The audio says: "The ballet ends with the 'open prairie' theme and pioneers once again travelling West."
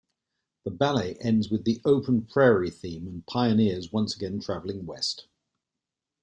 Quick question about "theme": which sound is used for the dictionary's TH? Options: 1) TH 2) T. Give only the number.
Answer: 1